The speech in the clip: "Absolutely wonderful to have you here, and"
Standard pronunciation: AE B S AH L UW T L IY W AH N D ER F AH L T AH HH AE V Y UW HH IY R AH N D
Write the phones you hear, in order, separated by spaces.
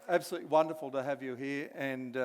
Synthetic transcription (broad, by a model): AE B S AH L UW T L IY W AH N D ER F AH L T AH HH AE V Y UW HH IY R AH N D